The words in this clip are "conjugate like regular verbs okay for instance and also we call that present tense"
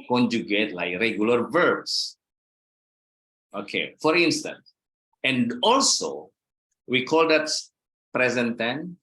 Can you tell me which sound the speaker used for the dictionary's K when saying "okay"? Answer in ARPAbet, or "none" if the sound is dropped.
K